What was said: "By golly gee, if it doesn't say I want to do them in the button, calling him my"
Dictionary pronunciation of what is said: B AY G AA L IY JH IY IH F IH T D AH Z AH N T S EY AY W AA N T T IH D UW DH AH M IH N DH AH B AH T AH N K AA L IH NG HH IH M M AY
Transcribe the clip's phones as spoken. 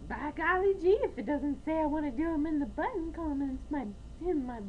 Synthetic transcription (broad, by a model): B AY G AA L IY JH IY IH F IH T D AH Z AH N T S EY AY W AA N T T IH D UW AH M IH N DH AH B AH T N K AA N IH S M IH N M AY